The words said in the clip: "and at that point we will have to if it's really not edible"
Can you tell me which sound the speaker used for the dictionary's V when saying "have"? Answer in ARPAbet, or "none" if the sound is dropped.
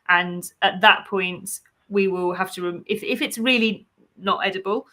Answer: F